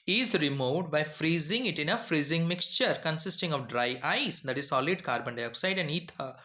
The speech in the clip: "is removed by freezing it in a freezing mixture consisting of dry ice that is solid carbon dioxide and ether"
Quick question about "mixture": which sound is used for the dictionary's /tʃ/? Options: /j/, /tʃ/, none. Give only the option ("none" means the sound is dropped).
/tʃ/